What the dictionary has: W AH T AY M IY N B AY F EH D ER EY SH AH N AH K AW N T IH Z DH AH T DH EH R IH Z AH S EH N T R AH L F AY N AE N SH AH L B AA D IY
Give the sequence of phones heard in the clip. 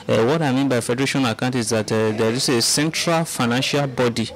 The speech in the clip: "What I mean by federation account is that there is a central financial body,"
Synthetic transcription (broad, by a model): W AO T AY M IY N B AY F EH D ER EY SH AH N AH K AW N T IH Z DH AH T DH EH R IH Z AH S EH N T R AH L F AY N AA N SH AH L B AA D IY